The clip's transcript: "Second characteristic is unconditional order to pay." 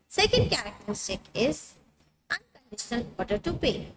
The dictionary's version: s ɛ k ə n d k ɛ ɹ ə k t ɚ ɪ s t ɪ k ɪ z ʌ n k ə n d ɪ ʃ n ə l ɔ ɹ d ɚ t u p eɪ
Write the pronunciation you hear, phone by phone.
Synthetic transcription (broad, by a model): s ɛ k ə n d k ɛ ɹ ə k t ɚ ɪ s t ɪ k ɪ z ʌ n k ə n d ɪ ʃ n ə l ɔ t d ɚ t u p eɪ